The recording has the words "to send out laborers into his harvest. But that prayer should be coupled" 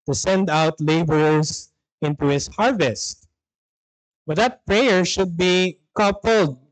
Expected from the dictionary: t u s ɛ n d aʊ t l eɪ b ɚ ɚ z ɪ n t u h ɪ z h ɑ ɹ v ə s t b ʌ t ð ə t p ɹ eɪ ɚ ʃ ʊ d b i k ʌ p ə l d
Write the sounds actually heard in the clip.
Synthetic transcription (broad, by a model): t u s ɛ n d aʊ t l eɪ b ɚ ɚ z ɪ n t u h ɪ s h ɑ ɹ v ə s t b ʌ t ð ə t p ɹ eɪ ɚ ʃ ʊ d b i k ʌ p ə l d